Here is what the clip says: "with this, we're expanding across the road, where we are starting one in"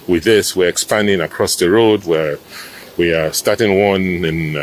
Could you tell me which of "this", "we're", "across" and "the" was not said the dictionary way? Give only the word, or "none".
none